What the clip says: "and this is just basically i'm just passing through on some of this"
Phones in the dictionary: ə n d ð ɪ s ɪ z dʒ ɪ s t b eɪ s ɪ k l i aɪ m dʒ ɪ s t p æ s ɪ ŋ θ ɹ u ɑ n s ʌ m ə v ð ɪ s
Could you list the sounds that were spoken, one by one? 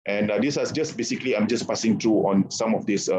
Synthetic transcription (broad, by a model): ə n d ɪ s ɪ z dʒ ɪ s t b eɪ s ɪ k l i aɪ m dʒ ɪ s p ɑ s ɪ ŋ t ɹ u ɑ n s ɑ m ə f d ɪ s